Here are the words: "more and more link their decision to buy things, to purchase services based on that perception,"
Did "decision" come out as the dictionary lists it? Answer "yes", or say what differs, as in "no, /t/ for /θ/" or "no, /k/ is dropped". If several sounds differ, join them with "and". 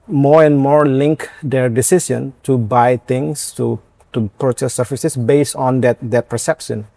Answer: no, /s/ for /ʒ/